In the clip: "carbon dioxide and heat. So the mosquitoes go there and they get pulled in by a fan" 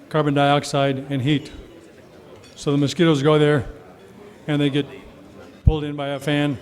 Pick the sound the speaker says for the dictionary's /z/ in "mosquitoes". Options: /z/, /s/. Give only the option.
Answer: /z/